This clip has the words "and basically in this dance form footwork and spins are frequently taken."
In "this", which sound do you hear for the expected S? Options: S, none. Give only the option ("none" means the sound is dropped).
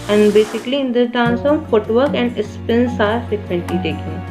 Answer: none